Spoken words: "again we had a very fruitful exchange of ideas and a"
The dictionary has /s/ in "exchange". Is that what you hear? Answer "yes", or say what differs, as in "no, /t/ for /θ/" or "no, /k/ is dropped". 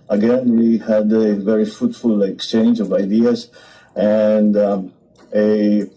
yes